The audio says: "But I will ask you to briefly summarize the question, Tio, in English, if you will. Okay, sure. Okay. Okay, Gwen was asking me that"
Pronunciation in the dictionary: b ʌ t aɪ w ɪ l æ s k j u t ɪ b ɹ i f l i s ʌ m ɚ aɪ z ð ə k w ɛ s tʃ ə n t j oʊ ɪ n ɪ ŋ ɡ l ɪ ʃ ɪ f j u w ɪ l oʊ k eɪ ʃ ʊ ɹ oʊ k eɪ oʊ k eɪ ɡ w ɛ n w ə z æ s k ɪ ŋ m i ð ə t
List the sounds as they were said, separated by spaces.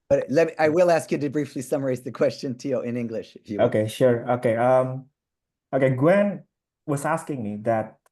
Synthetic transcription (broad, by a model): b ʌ t aɪ w ɪ l æ s k j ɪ t ɪ b ɹ i f l i s ʌ m ɚ aɪ z ð ə k w ɛ s tʃ ə n t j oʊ ɪ n ɪ ŋ ɡ l ɪ ʃ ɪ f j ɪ oʊ k eɪ ʃ ʊ ɹ oʊ k eɪ oʊ k eɪ ɡ w ɛ n w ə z æ s k ɪ ŋ m i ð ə t